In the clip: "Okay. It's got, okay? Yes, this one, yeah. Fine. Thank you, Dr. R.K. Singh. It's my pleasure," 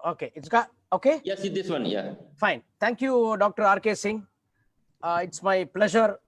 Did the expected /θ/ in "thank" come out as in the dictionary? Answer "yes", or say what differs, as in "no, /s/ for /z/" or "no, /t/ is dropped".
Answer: no, /t/ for /θ/